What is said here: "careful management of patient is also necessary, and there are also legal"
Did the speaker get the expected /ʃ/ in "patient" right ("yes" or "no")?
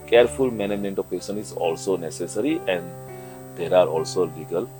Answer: no